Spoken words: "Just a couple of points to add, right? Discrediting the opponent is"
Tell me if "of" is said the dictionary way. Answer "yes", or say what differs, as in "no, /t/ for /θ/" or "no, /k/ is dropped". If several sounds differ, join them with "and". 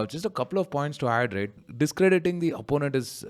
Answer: yes